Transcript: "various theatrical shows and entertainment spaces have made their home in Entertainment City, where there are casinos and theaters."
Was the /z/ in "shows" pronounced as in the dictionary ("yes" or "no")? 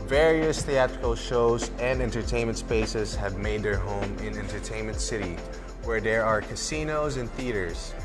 yes